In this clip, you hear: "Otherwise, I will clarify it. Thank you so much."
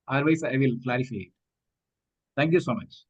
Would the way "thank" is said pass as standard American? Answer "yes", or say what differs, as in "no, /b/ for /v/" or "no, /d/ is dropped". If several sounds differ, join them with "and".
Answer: no, /t/ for /θ/